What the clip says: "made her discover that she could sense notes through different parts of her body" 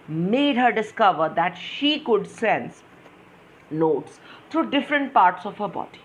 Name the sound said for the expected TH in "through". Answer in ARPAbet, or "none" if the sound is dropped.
T